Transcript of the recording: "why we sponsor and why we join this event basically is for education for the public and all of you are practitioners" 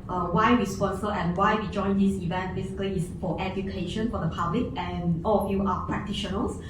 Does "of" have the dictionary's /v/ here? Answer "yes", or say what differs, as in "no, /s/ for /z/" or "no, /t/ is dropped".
no, /f/ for /v/